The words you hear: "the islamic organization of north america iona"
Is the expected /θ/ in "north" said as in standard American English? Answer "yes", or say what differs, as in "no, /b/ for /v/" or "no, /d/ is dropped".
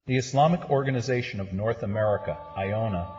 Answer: yes